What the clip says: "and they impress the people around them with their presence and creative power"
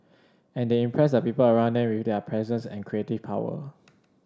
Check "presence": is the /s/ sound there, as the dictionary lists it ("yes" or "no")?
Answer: yes